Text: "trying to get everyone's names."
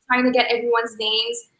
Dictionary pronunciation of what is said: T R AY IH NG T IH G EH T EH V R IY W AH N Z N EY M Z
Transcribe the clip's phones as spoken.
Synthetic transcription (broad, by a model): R AY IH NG T IH G EH T EH V R IY W AH N Z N EY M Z